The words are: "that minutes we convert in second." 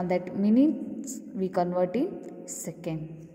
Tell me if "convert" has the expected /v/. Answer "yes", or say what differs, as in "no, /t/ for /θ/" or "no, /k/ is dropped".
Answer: yes